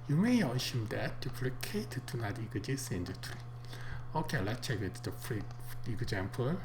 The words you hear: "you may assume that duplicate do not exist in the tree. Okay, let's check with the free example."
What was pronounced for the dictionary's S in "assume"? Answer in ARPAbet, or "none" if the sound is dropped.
SH